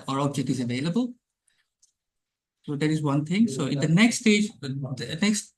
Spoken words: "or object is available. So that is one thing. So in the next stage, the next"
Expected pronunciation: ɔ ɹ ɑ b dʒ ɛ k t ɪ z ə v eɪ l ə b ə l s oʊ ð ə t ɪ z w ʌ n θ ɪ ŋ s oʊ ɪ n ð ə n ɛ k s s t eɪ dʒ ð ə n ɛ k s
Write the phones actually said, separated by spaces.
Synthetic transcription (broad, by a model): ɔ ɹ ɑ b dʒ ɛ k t ɪ z ə v eɪ l ə b ə l s oʊ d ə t ɪ z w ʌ n t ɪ ŋ s oʊ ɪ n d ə n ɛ k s s t eɪ dʒ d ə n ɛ k s